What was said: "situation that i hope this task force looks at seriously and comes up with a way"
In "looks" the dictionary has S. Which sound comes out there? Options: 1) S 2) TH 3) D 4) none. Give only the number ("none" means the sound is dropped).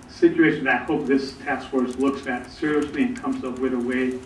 1